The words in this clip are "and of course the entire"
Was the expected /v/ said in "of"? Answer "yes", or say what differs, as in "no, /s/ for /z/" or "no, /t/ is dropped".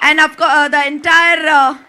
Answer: no, /p/ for /v/